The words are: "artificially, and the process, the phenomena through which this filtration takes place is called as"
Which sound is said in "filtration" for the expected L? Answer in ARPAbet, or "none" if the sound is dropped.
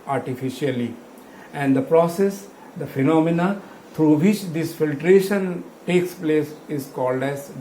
L